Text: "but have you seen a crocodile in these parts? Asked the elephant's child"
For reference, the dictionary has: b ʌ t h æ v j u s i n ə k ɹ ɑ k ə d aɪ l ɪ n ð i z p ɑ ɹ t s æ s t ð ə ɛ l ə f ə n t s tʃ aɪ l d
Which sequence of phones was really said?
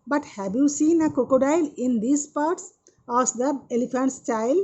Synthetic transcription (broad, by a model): b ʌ t h æ v j u s i n ə k ɑ k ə d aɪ l ɪ n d i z p ɑ ɹ t s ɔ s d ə ɛ l ə f ə n t s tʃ aɪ l